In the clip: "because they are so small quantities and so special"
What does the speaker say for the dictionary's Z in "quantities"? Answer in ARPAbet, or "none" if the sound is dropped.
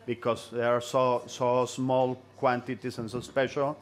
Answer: S